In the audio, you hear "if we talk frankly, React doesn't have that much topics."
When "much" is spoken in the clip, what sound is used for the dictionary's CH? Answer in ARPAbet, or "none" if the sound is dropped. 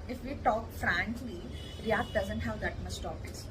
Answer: S